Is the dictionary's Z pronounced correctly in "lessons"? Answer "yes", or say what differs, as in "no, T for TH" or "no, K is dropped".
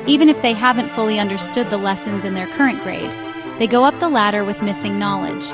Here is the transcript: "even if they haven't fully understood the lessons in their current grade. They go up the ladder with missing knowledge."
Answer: yes